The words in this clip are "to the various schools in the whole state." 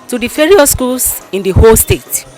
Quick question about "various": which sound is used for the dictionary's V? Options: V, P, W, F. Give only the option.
F